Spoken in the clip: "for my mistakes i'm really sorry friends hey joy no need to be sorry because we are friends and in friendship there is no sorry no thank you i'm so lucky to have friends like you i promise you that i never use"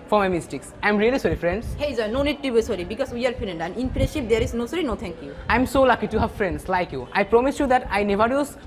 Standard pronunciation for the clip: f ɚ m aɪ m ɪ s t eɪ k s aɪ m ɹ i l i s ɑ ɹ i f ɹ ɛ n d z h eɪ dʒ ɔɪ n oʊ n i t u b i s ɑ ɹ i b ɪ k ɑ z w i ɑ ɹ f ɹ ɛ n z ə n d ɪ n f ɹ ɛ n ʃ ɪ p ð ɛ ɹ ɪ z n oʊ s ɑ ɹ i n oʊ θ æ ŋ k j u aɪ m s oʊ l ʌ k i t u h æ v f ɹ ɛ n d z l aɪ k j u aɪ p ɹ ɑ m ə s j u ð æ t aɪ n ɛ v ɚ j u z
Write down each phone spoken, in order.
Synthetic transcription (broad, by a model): f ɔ m aɪ m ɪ s t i k s aɪ m ɹ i l i s ɑ ɹ i f ɹ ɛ n d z h eɪ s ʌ n oʊ n i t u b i s ɑ ɹ i b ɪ k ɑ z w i ɑ ɹ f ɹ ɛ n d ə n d ɪ n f i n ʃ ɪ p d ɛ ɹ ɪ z n oʊ s ɑ ɹ i n oʊ t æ ŋ k j u aɪ m s oʊ l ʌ k i t u h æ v f ɹ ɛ n d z l aɪ k j u aɪ p ɹ ɑ m ə s j u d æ t aɪ n ɛ v ɚ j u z